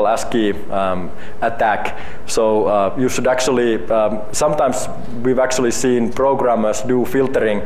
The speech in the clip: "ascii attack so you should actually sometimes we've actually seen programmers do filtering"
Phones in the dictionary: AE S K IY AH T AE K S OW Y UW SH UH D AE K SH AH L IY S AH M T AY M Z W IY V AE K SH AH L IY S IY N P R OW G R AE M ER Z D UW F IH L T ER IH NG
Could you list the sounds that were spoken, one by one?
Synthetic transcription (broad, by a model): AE S K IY AH T AE K S OW Y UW SH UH D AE K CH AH L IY S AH M T AY M S W IY V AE K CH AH L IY S IY N P R OW G R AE M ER S D UW F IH L T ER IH NG